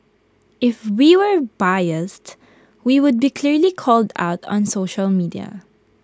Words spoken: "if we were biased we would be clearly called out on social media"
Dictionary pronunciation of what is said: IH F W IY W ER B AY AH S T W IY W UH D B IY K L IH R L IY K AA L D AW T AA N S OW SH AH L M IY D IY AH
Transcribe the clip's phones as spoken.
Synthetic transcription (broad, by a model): IH F W IY W ER B AY AH S T W IY W UH D B IY K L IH R L IY K AA L D AW T AA N S OW SH AH L M IY D IY AH